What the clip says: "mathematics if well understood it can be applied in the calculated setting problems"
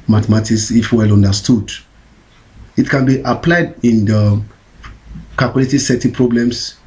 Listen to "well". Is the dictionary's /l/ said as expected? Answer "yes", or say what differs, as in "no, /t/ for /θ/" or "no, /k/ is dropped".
yes